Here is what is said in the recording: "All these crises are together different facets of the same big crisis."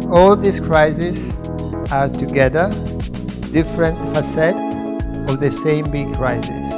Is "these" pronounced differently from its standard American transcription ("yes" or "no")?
yes